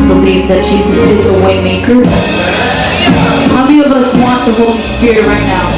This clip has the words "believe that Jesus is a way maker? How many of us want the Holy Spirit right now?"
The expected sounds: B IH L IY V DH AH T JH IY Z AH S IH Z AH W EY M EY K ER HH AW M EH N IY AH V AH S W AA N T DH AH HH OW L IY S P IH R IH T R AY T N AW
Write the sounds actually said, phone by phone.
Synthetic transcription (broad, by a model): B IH L IY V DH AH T SH IY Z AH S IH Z AH W EY M EY K ER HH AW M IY AH V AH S W AA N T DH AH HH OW IY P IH R R AY T N AW